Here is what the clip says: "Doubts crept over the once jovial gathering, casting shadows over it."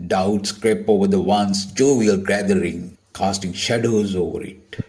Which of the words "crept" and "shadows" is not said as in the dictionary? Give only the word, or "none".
crept